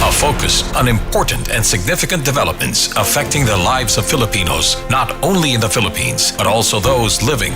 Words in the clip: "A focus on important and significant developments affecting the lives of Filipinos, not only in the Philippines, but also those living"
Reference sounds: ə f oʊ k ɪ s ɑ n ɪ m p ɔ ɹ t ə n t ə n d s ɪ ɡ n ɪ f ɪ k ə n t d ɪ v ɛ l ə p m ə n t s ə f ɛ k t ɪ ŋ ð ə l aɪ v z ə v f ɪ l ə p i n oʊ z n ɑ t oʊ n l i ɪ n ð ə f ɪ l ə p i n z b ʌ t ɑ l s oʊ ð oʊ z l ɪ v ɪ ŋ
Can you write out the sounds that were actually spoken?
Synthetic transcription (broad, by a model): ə f oʊ k ɪ s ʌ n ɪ m p ɔ ɹ t n t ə n s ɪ ɡ n ɪ f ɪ k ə n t d ɪ v ɛ l ə p m ə n t s ə f ɛ k t ɪ ŋ ð ə l aɪ v z ə v f ɪ l ə p i n oʊ z n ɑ t oʊ n l i ɪ n ð ə f ɪ l ə p i n z b ʌ t ɑ l s oʊ ð oʊ z l ɪ v ɪ ŋ